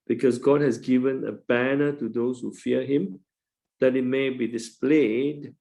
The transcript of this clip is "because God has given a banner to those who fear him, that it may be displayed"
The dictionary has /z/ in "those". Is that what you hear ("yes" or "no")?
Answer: no